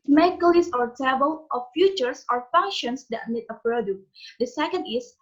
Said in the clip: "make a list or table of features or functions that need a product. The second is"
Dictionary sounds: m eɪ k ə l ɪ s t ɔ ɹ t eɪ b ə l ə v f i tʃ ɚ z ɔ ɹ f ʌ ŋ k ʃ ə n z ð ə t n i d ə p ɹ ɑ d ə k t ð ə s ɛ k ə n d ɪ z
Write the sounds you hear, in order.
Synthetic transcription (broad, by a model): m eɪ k ə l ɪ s ɔ ɹ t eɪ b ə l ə f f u tʃ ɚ s ɔ ɹ f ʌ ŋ k ʃ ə n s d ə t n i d ə p ɹ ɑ d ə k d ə s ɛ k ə n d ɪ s